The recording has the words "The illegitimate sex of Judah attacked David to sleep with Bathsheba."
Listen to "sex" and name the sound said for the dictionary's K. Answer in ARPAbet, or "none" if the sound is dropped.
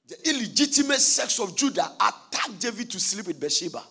K